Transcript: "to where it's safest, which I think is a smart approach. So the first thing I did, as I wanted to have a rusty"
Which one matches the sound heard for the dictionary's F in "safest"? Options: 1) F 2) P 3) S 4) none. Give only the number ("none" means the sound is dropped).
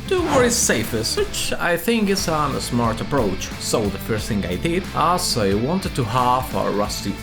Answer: 1